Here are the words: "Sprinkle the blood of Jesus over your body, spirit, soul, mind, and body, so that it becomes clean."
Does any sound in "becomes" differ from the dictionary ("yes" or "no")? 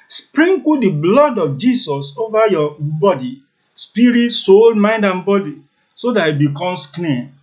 yes